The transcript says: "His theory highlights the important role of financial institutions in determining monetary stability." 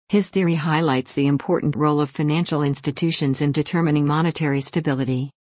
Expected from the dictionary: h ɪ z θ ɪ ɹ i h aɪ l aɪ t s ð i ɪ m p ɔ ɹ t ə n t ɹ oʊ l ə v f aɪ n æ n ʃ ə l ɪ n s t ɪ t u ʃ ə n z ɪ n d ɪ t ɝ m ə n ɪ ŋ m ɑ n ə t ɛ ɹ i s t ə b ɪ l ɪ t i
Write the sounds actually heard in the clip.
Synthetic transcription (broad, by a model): h ɪ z θ ɪ ɹ i h aɪ l aɪ t s ð i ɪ m p ɔ ɹ t n t ɹ oʊ l ə v f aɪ n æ n ʃ l ɪ n s t ɪ t u ʃ ə n z ɪ n d ɪ t ɝ m ə n ɪ ŋ m ɑ n ə t ɛ ɹ i s t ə b ɪ l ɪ t i